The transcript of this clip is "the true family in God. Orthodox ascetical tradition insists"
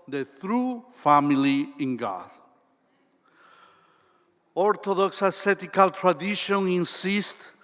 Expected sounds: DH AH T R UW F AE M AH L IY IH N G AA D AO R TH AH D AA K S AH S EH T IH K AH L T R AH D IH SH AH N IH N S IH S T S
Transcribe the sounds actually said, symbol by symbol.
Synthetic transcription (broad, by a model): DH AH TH R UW F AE M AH L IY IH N G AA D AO R T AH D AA K S AH S EH T IH K AH L T R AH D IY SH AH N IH N S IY S T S